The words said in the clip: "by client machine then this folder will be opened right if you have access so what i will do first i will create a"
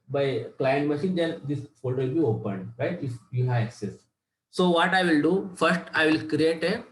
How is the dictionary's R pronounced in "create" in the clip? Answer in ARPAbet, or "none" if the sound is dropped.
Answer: R